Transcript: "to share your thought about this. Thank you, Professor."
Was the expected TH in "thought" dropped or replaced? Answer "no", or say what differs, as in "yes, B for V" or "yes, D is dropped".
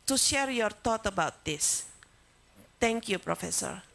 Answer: yes, T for TH